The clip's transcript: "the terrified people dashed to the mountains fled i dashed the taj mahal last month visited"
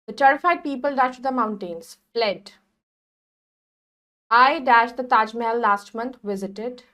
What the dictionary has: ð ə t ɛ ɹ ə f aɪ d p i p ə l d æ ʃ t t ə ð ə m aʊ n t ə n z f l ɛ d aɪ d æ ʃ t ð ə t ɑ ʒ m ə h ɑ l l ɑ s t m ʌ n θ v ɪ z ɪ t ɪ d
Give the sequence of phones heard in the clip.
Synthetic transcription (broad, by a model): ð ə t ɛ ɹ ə f aɪ d p i p ə l d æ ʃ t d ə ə m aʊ n t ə n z f l ɛ d aɪ d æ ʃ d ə t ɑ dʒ m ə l l ɑ s t m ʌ n t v ɪ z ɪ t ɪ d